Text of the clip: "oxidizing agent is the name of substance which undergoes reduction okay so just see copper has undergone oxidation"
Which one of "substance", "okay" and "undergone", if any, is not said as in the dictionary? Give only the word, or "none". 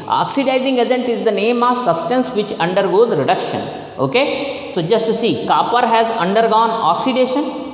none